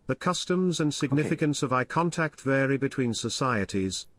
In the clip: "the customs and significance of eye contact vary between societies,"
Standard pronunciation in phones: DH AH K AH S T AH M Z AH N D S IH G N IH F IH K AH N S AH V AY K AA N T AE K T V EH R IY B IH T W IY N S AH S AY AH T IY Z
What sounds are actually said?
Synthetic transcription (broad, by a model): DH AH K AH S T AH M Z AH N S IH G N IH F IH K AH N S AH V AY K AA N T AE K T V EH R IY B IH T W IY N S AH S AY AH T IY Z